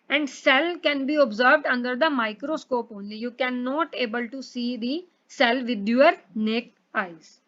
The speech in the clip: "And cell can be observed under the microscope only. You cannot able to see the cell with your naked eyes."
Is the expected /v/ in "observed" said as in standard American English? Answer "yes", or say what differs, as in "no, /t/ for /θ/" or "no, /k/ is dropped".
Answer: yes